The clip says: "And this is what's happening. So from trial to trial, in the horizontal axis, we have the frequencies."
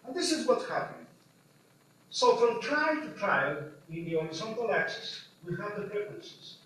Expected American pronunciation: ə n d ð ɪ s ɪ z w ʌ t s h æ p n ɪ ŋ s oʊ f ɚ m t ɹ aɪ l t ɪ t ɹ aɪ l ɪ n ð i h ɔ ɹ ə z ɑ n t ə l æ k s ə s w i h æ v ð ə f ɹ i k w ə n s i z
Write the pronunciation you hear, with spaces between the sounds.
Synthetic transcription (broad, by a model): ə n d ð ɪ s ɪ z w ʌ t s h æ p ɪ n s oʊ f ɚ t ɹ aɪ t ɪ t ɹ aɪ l ɪ n ð i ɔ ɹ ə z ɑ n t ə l æ k s ə s w i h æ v ð ə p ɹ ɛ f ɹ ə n s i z